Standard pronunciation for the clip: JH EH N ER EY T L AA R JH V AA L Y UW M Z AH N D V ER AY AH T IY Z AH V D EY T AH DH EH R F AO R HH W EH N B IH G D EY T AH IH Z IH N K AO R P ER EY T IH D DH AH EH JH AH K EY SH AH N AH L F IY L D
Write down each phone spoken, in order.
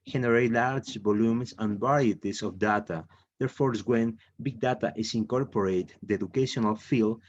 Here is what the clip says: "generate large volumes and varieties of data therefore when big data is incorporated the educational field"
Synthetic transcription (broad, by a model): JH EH N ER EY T L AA R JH B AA L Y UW M S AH N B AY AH T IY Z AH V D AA T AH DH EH R F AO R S W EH N B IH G D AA T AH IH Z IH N K AO R P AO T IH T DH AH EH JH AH K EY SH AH N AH L F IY L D